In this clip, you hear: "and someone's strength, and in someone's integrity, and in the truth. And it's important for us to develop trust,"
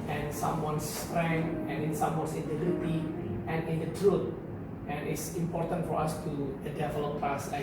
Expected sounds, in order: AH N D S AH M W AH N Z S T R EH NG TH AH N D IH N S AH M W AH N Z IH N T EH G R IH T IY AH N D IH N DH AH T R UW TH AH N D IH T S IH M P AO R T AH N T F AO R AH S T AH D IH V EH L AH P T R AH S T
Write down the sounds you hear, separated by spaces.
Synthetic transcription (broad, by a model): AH N S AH M W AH N S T R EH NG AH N IH N S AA M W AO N S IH N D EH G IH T IY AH N IH N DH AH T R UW T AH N IH T S IH M P AO R T AH N T F AO R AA S T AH D IH V EH L AH P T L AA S